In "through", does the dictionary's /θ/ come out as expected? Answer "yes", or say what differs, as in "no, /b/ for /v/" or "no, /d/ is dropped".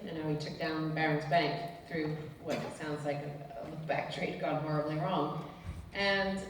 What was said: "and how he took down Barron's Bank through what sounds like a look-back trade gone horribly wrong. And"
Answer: yes